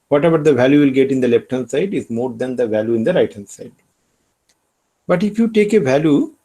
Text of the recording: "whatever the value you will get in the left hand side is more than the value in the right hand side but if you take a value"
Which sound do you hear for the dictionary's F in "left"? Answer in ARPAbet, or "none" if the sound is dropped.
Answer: P